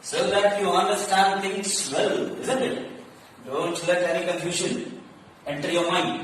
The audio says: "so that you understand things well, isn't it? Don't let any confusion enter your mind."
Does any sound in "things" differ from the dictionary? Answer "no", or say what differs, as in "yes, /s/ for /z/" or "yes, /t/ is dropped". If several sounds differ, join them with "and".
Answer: yes, /t/ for /θ/